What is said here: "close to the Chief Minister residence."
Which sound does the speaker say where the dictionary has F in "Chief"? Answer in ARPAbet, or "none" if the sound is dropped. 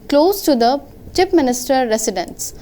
P